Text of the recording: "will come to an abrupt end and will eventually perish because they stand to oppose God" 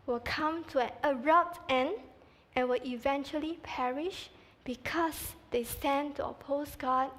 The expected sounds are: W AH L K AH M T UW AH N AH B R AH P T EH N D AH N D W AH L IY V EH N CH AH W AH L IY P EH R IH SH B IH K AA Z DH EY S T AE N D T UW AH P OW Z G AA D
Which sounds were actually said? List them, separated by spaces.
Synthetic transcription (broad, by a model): W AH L K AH M T UW AH N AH R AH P T EH N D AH N W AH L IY V EH N CH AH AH L IY P EH R IH SH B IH K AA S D EY S T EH N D T UW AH P OW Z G AA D